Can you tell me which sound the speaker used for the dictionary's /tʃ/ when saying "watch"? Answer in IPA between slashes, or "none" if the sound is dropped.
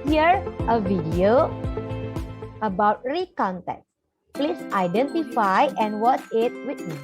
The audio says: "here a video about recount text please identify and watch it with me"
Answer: /s/